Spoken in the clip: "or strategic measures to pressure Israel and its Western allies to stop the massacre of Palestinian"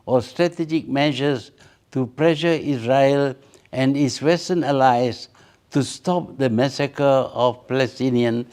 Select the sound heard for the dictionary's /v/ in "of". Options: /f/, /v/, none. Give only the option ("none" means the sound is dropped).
/f/